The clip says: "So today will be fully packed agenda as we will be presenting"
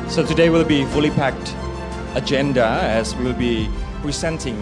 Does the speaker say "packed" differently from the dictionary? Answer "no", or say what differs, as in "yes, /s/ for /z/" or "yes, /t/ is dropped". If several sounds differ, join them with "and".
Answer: no